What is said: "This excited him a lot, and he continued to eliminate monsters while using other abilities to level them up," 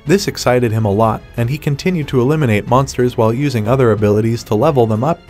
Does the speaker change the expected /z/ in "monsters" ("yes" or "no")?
no